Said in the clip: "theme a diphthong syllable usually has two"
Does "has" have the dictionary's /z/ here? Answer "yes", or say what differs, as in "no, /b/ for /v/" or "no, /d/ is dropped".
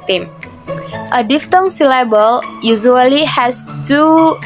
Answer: no, /s/ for /z/